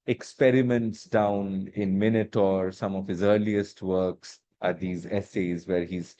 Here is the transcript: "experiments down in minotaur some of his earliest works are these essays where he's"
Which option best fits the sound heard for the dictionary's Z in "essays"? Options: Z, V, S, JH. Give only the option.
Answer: Z